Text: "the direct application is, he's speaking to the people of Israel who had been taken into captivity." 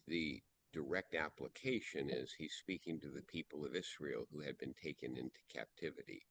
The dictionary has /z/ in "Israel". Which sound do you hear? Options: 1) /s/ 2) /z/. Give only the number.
1